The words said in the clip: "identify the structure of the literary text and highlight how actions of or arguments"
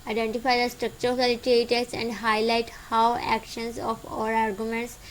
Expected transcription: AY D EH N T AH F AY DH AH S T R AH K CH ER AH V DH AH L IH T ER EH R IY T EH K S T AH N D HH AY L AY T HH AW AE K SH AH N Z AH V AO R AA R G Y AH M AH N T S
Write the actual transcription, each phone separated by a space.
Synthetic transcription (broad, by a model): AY D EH N T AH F AY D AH S T R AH K CH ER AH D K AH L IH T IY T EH S AH N D HH AY L AY T HH AW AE K SH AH N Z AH F AO R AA R G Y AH M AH N T S